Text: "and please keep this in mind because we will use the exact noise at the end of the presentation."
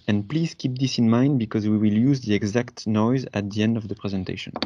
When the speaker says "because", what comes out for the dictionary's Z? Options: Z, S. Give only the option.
Z